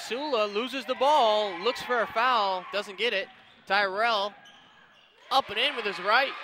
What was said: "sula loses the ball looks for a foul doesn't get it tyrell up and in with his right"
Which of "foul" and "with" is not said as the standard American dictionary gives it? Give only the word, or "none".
none